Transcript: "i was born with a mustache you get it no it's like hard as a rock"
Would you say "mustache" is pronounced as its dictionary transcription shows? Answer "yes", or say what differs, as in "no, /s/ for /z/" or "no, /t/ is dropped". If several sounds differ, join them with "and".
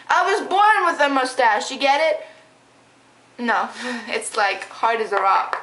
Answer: yes